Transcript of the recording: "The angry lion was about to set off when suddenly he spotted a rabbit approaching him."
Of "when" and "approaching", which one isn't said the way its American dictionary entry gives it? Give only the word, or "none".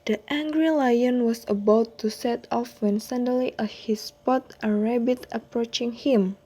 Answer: none